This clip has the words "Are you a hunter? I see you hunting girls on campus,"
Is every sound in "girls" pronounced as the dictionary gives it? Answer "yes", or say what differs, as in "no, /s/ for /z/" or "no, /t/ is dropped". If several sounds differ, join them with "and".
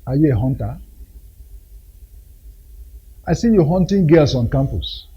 no, /s/ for /z/